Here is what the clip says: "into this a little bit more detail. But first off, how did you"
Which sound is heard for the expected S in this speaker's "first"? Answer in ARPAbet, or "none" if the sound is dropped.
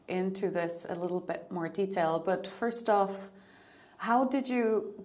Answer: S